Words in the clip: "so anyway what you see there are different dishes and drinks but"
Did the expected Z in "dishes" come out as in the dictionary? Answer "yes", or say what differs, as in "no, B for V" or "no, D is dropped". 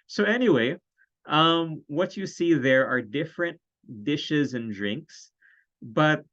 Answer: yes